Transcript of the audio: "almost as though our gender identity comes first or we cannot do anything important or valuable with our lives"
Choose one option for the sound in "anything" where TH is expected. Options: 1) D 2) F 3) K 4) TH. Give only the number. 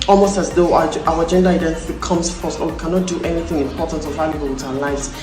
4